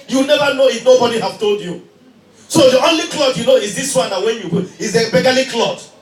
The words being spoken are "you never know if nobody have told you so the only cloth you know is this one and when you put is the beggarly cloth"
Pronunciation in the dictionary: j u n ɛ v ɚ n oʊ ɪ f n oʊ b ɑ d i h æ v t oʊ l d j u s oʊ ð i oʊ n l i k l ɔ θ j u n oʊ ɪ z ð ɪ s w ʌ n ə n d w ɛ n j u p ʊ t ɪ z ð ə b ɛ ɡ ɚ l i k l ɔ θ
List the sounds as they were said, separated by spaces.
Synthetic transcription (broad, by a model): j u n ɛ v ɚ n oʊ ɪ f n oʊ b ɑ d i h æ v t oʊ l d j u s oʊ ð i oʊ n l i k l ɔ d j u n oʊ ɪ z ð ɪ s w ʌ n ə w ɛ n j u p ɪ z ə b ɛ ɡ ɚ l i k l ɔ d